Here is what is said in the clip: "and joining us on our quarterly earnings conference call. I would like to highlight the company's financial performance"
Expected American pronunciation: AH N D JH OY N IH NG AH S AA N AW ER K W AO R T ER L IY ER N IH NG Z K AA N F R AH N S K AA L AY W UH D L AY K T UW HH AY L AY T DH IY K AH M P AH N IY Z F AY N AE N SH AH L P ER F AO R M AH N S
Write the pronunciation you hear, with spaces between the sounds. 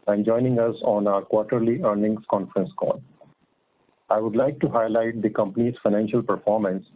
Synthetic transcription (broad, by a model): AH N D JH OY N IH NG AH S AA N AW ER K W AO R T ER L IY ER N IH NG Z K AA N F R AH N S K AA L AY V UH D L AY K T UW HH AY L AY T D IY K AH M P AH N IY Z F AY N AE N SH AH L P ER F AO R M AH N S